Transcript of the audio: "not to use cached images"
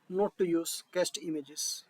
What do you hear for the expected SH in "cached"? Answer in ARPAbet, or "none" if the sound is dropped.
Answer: S